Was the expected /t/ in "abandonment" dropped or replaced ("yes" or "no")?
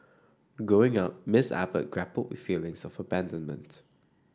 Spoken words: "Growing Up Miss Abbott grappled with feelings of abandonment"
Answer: no